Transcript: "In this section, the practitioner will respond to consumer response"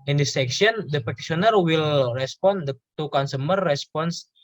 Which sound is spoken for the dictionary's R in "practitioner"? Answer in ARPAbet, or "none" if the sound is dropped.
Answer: none